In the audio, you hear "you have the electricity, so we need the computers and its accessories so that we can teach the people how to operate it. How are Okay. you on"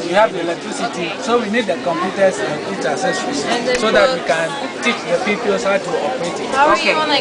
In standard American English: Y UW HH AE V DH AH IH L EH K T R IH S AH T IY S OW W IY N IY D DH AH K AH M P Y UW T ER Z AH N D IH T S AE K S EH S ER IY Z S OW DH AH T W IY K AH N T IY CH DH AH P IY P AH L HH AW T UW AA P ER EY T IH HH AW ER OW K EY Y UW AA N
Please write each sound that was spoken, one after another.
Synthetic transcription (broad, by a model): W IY HH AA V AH L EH K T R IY S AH T IY S OW W IY N IY D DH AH K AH M P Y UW T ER S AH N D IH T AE S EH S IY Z S OW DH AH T W IY K AH N T IY CH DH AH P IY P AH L HH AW T UW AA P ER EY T IH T OW K EY